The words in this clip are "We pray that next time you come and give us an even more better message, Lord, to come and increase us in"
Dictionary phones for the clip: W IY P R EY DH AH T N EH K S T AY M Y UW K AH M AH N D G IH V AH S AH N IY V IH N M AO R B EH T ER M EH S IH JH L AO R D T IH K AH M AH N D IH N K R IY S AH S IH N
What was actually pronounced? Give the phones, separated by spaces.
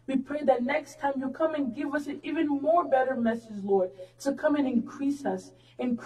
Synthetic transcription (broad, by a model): W IY P R EY DH AH T N EH K S T AY M Y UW K AH M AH N G IH V AH S AH N IY V IH N M AO R B EH T ER M EH S IH JH L AO R D T IH K AH M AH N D IH N K R IY S AH S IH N